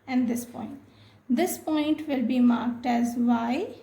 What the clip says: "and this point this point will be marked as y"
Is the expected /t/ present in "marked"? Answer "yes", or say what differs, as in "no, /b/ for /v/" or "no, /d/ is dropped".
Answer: yes